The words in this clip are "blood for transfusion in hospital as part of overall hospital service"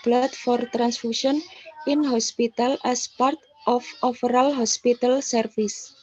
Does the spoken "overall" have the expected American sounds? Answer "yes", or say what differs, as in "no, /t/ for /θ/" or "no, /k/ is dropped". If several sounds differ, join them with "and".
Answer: no, /f/ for /v/